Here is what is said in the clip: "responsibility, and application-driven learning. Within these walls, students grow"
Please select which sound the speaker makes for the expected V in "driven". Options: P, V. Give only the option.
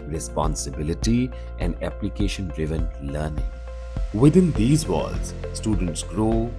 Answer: V